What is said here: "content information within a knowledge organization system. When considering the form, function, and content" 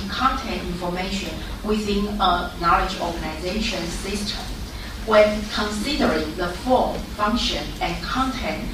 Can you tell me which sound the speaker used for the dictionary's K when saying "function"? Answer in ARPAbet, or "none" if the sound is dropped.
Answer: K